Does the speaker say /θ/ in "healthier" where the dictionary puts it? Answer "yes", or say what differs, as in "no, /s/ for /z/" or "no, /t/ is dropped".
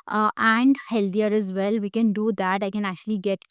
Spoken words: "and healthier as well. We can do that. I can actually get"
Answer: no, /t/ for /θ/